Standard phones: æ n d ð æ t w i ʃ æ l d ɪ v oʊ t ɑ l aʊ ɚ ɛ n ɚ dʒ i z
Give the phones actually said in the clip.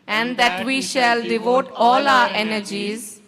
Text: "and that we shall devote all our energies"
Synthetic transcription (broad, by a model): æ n d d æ t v i ʃ æ l d ɪ v oʊ t ɑ l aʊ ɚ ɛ n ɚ dʒ i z